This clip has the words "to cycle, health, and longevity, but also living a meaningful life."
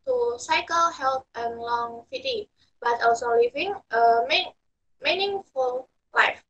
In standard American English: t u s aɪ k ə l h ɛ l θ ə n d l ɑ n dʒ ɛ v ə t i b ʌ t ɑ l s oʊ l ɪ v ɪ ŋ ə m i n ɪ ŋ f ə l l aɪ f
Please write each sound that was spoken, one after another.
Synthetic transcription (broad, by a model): t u s aɪ k ə l h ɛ l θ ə n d l ɑ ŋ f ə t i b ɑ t ɑ l s oʊ l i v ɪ ŋ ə m i n ɪ ŋ f ə l l aɪ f